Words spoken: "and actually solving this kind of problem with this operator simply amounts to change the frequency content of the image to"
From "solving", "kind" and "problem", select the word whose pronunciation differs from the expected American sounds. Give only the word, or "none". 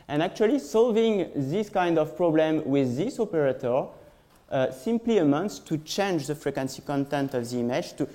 none